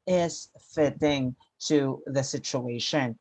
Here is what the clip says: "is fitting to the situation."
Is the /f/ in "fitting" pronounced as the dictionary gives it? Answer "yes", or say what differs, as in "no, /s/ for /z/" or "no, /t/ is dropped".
yes